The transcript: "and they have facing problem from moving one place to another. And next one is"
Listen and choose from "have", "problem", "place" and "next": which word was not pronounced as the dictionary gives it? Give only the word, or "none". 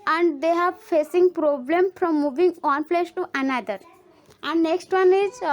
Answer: place